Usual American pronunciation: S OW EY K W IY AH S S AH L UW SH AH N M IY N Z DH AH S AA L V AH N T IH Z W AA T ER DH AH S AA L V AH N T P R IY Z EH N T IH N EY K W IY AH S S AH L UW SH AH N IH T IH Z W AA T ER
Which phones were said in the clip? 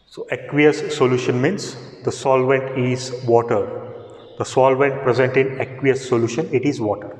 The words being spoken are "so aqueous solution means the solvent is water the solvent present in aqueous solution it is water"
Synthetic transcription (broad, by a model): S OW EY K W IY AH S S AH L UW SH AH N M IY N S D AH S AA L V AH N T IH Z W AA T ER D AH S AA L V AH N T P R IY Z EH N T IH N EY K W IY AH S S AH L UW SH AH N IH T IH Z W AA T ER